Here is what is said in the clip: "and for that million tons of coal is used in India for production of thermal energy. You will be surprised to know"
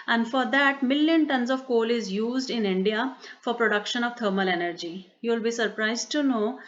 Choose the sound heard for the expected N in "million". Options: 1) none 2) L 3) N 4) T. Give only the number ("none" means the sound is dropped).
3